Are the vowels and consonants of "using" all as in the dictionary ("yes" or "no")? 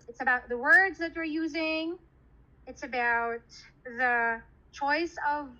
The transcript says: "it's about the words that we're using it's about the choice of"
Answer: yes